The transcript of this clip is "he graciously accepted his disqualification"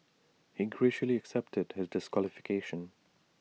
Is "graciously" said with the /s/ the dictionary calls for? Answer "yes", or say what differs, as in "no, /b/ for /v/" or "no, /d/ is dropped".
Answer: no, /s/ is dropped